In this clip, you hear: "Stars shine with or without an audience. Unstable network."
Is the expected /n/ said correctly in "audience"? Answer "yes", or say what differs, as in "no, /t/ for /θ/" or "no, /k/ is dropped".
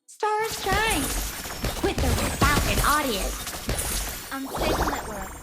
no, /n/ is dropped